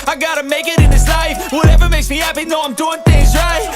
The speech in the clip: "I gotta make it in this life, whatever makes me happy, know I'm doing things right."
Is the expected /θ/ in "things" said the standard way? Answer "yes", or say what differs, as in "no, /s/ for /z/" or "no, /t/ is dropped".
yes